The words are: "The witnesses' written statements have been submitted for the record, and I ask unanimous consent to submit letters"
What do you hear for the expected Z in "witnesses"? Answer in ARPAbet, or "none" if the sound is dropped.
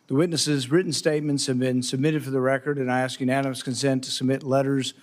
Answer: Z